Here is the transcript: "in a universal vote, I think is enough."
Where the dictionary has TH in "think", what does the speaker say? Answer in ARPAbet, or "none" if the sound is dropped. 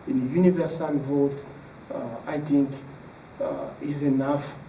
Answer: T